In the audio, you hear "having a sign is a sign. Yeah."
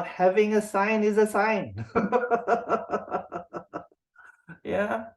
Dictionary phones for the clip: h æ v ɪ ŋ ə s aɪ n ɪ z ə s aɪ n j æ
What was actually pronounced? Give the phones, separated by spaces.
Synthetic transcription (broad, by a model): h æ v ɪ ŋ ə s aɪ n ɪ z ə s aɪ n j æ